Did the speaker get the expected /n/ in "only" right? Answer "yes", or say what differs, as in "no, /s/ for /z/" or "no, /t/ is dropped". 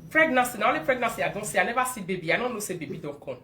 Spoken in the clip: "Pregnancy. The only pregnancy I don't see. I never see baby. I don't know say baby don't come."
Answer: no, /n/ is dropped